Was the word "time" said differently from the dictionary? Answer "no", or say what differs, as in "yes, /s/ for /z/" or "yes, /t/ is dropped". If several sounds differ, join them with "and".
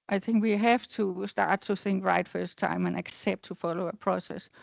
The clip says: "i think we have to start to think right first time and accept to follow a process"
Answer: no